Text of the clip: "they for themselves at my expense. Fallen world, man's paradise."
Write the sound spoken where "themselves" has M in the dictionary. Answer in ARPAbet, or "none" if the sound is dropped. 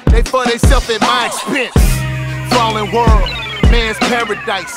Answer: none